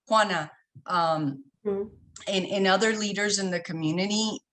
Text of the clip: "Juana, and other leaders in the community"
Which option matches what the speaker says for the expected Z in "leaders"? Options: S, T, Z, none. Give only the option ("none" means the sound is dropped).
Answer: Z